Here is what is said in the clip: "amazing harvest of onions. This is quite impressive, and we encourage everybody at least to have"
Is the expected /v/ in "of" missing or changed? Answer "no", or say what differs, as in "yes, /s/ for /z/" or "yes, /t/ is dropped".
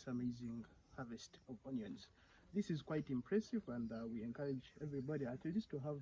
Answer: yes, /p/ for /v/